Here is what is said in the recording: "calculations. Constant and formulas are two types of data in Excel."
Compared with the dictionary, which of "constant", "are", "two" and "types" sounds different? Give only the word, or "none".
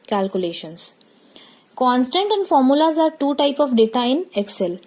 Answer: types